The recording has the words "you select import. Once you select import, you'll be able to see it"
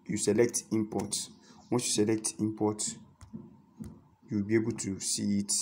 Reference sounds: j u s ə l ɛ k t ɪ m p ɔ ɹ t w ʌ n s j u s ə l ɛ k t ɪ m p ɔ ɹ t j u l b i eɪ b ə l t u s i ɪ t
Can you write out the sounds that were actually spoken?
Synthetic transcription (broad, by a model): j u s ə l ɛ k t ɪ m p ɔ t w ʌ n s j u s ə l ɛ k t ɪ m p ɔ t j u w b i eɪ b ə l t u s i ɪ t